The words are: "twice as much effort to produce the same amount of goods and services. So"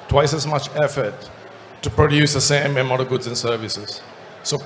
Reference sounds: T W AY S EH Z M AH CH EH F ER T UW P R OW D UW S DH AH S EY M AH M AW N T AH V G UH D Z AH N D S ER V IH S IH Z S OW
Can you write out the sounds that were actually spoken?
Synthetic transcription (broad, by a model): T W AY S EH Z M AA CH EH F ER T UW P R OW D UW S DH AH S EY M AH M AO T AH G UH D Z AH N S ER V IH S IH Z S OW